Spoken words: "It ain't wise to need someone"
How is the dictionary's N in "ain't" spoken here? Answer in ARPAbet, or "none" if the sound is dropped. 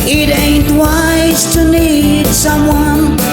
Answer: N